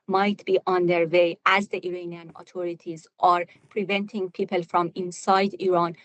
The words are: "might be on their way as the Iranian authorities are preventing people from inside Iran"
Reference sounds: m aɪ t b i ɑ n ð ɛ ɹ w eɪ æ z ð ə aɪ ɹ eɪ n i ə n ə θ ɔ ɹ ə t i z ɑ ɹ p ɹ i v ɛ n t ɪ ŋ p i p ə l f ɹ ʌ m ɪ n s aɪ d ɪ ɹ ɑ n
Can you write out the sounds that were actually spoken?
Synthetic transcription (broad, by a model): m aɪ t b i ɑ n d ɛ ɹ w eɪ æ z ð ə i ɹ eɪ n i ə n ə t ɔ ɹ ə t i z ɑ ɹ p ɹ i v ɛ n t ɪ ŋ p i p ə l f ɹ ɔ m ɪ n s aɪ d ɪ ɹ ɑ n